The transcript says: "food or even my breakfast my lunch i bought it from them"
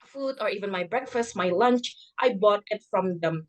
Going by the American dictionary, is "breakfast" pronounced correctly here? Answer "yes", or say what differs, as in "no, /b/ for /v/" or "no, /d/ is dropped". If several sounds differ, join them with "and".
yes